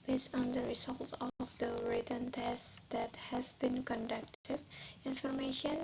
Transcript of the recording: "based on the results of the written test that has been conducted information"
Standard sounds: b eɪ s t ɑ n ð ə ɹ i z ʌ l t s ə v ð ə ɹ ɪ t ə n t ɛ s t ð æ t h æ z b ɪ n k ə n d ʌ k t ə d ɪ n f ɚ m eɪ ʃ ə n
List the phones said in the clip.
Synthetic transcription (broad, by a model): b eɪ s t ɑ n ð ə ɹ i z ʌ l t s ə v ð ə ɹ ɪ t ə n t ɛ s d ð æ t h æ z b ɪ n k ə n d ʌ k t ə d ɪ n f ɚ m eɪ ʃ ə n